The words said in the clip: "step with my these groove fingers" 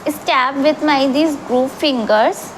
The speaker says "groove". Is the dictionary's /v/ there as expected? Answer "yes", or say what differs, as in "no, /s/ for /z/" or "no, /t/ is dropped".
no, /p/ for /v/